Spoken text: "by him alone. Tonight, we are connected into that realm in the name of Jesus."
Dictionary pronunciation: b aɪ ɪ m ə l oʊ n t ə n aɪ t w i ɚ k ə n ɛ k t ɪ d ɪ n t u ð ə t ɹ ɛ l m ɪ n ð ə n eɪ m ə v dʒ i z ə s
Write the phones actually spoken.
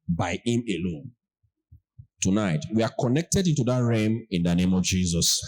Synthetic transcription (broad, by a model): b aɪ ɪ m ə l oʊ n t ə n aɪ t w i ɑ k ə n ɛ k t ɪ d ɪ n t u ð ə t ɹ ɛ m ɪ n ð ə n eɪ m ə v dʒ i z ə s